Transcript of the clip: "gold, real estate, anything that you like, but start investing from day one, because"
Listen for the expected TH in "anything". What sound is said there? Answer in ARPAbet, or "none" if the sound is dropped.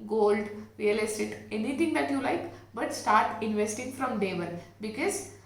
T